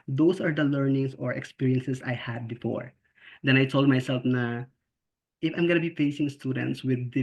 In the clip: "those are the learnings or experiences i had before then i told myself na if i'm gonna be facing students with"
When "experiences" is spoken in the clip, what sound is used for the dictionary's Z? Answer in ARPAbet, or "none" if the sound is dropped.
S